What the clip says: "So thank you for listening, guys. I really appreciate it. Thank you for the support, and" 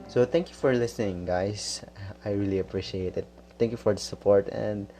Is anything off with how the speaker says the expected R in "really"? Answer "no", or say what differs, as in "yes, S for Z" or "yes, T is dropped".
no